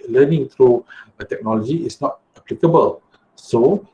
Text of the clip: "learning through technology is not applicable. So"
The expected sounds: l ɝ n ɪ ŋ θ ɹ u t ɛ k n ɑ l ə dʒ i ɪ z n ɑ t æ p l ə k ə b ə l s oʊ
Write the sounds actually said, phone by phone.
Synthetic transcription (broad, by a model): l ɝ n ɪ ŋ t ɹ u t ɛ k n ɑ l ə dʒ i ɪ s n ɑ t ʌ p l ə k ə b ə l s oʊ